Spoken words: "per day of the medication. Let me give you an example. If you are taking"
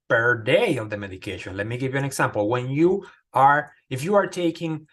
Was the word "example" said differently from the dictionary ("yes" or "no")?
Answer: yes